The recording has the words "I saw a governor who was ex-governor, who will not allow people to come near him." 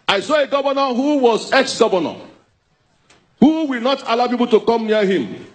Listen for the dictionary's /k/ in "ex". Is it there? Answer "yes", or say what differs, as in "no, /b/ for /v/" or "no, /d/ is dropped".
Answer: yes